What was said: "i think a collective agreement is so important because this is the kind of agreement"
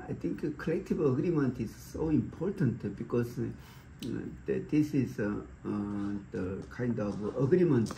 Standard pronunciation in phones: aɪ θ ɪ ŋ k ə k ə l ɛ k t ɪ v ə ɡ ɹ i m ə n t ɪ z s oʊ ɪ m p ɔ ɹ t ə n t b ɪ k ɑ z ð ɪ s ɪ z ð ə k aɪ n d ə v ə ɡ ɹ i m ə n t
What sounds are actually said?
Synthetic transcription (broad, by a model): aɪ t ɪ ŋ k k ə l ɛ k t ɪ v ə ɡ ɹ i m ə n t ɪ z s oʊ ɪ m p ɔ ɹ t ə n t b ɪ k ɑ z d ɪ s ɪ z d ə k aɪ n d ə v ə ɡ ɹ i m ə n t